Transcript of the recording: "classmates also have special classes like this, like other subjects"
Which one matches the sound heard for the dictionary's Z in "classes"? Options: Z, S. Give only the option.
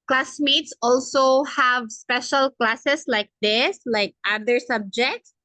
S